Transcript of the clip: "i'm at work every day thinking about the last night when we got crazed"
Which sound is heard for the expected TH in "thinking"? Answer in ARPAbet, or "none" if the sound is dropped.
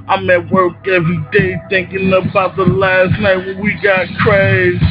TH